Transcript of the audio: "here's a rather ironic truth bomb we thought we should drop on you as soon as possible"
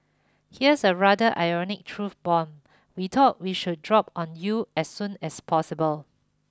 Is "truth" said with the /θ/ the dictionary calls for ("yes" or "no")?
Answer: no